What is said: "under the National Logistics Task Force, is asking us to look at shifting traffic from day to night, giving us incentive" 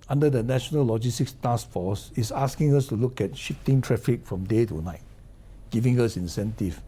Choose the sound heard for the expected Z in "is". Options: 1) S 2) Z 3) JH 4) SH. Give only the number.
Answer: 1